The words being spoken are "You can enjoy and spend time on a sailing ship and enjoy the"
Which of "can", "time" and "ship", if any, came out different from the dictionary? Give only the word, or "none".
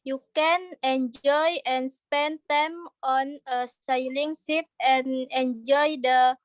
ship